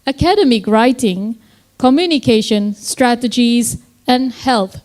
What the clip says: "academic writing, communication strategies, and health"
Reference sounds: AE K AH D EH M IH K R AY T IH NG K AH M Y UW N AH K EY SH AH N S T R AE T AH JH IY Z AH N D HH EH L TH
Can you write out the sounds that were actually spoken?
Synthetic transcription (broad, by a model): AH K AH D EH M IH K R AY T IH NG K AH M Y UW N AH K EY SH AH N S T R AE T AH JH IY Z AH N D HH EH L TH